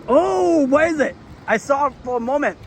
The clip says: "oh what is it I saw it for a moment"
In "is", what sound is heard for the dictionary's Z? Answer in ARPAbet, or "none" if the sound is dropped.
Z